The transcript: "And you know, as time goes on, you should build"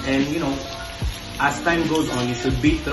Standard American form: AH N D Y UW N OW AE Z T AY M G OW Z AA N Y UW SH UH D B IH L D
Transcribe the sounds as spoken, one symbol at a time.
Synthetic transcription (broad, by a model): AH N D Y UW N OW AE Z T AY M G OW Z AA N Y UW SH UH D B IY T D